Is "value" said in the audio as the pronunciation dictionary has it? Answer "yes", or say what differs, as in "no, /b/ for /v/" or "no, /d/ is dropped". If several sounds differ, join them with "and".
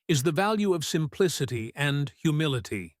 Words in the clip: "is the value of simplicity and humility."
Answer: yes